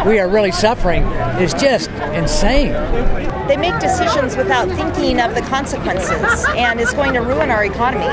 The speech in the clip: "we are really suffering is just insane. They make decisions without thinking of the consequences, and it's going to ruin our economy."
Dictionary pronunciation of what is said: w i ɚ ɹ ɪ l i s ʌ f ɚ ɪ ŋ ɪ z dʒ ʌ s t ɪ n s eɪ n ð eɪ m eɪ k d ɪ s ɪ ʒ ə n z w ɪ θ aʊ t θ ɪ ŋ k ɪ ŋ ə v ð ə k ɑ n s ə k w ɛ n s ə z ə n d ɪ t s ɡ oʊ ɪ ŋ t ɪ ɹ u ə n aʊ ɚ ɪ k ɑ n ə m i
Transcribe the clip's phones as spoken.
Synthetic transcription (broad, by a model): w i ɚ ɹ ɪ l i s ʌ f ɚ ɪ ŋ ɪ z dʒ ʌ s t ɪ n s eɪ n ð eɪ m eɪ k d ɪ s ɪ ʒ ə n z w ɪ θ aʊ t θ ɪ ŋ k ɪ ŋ ə v ð ə k ɑ n s ə k w ɛ n s ə z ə n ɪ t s ɡ oʊ ɪ ŋ t ɪ ɹ u ə n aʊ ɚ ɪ k ɑ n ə m i